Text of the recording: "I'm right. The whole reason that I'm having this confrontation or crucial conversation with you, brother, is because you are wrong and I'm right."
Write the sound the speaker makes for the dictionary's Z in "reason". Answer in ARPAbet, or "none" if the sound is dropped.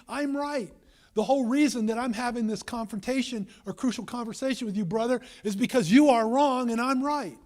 Z